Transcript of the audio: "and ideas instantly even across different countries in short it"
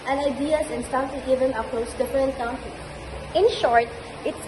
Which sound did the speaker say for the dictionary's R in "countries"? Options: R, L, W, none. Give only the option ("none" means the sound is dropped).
none